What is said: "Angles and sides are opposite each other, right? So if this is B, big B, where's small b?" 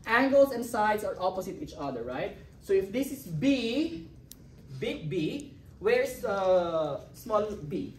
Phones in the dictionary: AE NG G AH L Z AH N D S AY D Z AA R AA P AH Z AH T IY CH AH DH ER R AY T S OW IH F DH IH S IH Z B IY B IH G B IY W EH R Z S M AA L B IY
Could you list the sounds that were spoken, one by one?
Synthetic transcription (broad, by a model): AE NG G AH L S AH N D S AY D S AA R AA P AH S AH T IY CH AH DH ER R AY T S OW IH F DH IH S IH S B IY B IH G B IY W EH R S S M AA L B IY